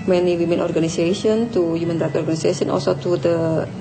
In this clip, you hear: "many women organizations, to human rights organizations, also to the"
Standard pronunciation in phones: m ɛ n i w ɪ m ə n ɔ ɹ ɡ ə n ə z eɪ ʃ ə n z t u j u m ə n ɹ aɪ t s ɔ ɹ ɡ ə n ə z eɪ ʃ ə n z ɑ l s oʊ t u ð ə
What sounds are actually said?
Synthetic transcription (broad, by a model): m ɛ n i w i m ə n ɔ ɹ ɡ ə n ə s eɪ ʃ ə n t u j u m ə n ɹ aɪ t ɔ ɹ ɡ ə n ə s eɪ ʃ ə n ɑ l s oʊ t u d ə